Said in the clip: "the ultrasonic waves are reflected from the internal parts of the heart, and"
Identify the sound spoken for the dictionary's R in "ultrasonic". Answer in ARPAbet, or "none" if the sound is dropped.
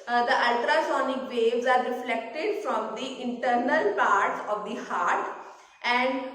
R